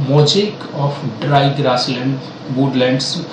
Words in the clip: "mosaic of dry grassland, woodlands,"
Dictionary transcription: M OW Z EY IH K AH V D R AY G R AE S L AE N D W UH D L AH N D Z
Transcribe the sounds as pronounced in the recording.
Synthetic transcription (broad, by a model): M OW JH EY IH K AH P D R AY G R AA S L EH N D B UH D L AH N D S